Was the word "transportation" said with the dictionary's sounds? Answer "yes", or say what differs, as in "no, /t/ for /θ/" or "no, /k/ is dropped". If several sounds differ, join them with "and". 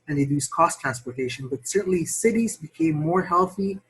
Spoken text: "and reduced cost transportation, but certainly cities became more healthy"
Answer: yes